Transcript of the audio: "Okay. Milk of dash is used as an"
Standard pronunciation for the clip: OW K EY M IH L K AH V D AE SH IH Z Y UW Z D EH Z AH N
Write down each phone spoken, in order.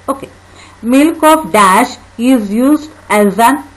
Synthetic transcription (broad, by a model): OW K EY M IH L K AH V D AE SH IH Z Y UW Z D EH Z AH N